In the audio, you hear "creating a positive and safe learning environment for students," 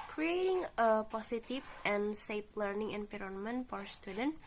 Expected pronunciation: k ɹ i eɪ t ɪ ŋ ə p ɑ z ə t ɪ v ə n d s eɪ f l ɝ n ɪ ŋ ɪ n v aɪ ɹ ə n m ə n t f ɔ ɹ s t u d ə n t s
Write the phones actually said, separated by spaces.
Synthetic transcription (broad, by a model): k ɹ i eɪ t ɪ ŋ ə p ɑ s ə t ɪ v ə n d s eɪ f l ɝ n ɪ ŋ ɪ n p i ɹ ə n m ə n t f ɔ ɹ s t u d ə n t